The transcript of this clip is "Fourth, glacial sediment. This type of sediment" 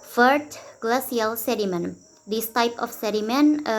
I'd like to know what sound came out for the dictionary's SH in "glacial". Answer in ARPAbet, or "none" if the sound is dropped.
S